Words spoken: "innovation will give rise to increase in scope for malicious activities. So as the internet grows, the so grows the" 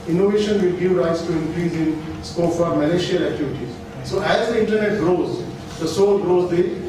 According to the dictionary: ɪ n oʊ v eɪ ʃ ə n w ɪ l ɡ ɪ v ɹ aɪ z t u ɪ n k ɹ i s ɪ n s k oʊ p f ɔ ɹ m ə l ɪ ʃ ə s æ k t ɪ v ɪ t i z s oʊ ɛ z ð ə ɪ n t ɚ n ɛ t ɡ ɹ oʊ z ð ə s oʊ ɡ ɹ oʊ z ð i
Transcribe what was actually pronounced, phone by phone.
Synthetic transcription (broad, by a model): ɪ n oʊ v eɪ ʃ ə n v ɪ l ɡ ɪ v ɹ aɪ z t u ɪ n k ɹ i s ɪ n s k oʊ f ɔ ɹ m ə l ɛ ʃ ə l æ k t ɪ v ɪ t i z s oʊ ɛ z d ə ɪ n t ɚ n ɛ t ɡ ɹ oʊ z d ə s oʊ ɡ ɹ oʊ z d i